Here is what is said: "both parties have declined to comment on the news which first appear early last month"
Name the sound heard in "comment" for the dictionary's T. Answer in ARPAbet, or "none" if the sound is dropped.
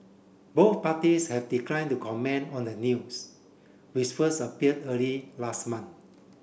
none